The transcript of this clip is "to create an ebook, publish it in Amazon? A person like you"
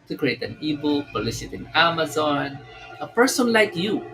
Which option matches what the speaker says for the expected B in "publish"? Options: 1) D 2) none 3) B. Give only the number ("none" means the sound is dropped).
2